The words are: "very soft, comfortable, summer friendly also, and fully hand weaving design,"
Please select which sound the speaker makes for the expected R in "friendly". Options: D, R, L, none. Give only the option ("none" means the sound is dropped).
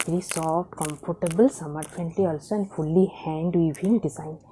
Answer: none